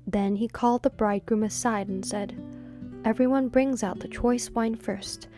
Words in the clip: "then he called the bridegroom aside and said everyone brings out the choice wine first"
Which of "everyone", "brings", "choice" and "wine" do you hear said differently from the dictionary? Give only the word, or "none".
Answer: none